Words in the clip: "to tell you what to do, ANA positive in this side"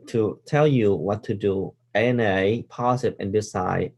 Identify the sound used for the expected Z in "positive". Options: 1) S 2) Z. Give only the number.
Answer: 1